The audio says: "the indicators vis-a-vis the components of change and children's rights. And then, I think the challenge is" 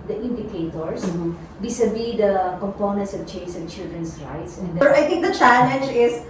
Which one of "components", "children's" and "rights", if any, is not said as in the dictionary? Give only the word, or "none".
children's